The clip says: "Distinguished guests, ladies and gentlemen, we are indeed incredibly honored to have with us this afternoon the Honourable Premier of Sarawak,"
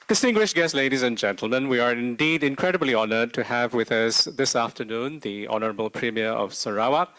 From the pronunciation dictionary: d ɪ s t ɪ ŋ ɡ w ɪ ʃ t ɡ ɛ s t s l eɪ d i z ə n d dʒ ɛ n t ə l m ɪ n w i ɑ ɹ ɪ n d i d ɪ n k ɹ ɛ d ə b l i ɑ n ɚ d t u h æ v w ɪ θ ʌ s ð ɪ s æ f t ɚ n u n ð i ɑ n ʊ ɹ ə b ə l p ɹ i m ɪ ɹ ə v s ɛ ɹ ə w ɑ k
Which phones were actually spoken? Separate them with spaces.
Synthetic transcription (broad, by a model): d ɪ s t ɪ ŋ ɡ w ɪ ʃ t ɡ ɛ s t l eɪ d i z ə n dʒ ɛ n t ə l m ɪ n w i ɑ ɹ ɪ n d i d ɪ n k ɹ ɛ d ə b l i ɑ n ɚ d t u h æ v w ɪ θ ʌ s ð ɪ s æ f t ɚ n u n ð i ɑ n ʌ ɹ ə b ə l p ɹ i m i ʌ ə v s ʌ ɹ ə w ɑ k